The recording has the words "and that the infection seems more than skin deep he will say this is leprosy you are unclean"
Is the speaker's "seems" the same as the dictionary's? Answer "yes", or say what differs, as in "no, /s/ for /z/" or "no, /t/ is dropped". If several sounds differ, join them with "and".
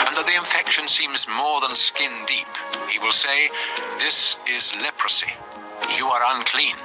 yes